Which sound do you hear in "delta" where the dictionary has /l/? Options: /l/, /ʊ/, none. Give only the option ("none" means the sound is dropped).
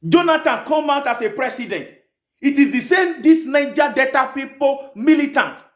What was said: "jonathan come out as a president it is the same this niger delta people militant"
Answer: none